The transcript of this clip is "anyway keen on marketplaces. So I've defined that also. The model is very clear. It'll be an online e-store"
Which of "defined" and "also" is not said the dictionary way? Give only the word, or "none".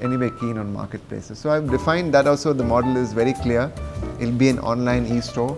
none